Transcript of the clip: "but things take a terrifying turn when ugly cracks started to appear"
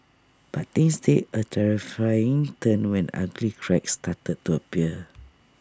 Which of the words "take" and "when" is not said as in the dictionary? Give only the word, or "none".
take